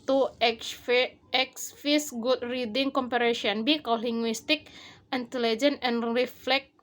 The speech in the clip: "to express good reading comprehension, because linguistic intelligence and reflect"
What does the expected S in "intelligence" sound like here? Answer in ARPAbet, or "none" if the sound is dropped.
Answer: none